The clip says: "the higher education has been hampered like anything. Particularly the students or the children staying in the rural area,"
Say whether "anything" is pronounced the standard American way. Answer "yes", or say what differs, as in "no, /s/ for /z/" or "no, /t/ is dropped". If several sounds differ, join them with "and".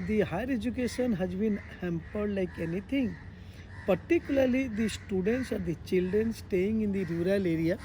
no, /t/ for /θ/